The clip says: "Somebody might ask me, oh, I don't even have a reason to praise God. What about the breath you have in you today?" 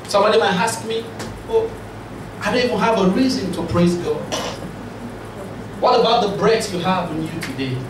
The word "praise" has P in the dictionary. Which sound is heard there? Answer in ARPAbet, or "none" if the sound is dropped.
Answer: P